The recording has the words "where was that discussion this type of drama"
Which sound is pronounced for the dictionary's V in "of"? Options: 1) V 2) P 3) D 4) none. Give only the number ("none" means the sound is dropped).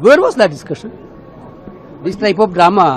2